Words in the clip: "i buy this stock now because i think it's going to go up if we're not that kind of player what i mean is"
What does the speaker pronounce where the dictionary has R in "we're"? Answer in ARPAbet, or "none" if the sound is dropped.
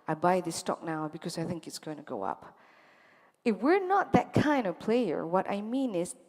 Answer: R